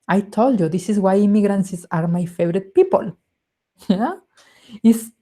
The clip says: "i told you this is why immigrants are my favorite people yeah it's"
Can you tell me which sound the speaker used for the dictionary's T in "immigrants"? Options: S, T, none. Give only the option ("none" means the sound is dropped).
S